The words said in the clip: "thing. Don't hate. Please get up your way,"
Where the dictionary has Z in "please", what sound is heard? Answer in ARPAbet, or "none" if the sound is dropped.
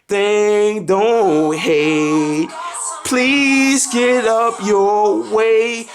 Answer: Z